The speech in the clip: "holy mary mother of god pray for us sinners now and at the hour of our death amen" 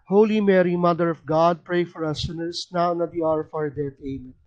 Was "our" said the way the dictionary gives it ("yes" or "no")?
no